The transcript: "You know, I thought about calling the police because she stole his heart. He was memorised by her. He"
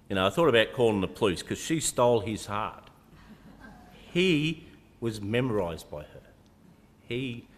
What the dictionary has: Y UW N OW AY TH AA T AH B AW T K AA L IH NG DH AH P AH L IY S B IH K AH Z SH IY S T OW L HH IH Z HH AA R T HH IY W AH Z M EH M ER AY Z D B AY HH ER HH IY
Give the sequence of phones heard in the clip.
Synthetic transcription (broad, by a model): Y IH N OW AY TH AA T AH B AW T K AA L IH NG DH AH P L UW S K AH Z SH IY S T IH L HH IH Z HH AA R T HH IY W AH Z M EH M ER AY Z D B AY ER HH IY